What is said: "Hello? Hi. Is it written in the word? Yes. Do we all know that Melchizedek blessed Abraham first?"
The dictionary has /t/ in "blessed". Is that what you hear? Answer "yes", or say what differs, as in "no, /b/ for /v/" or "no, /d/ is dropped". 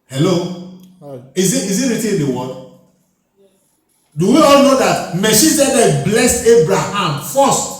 no, /t/ is dropped